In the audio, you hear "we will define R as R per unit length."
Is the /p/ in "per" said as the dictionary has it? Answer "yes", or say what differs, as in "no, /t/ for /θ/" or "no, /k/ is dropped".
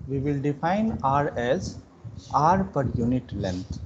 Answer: yes